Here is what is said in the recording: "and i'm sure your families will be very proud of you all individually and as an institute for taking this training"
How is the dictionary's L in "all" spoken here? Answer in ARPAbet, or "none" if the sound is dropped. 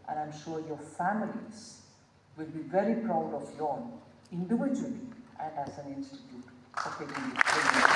N